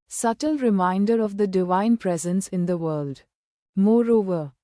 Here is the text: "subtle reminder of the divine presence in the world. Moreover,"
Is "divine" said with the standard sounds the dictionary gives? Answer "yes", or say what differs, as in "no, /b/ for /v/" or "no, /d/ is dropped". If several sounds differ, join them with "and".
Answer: yes